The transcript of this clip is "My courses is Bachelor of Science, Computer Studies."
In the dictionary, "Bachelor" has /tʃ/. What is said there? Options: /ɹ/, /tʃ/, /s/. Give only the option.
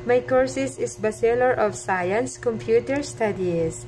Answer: /s/